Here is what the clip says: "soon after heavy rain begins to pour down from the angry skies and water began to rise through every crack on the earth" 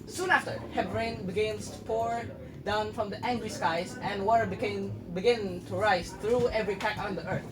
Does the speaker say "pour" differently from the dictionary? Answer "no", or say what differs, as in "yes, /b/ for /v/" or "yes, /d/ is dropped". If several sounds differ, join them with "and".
no